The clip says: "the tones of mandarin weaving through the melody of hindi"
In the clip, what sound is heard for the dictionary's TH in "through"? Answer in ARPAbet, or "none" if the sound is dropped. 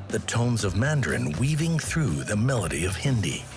TH